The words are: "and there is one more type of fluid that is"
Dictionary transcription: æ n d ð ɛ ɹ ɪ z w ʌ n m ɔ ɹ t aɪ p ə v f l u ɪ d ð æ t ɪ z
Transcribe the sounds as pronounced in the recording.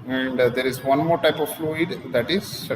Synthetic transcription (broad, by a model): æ n d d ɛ ɹ ɪ z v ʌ n m ɔ ɹ t aɪ p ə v f l u ɪ d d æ t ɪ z